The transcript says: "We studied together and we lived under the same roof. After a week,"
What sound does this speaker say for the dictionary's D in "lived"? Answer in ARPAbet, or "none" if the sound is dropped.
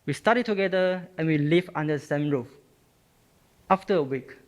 none